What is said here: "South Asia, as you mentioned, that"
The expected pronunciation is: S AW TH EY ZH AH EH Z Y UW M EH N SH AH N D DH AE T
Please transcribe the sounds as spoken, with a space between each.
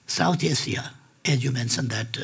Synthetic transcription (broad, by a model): S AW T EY S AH EH Z Y UW M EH N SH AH N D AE T